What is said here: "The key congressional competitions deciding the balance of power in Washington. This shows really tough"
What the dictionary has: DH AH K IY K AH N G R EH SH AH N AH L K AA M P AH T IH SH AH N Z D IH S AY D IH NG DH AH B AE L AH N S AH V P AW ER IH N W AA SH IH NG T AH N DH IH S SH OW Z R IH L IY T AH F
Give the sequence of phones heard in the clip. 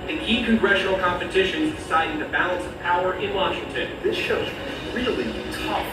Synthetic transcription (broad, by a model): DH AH K IY K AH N G R EH SH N L K AA M P AH T IH SH AH N Z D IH S AY D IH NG DH AH B AE L AH N S AH V P AW ER IH N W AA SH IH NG T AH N DH IH S SH OW Z R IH L IY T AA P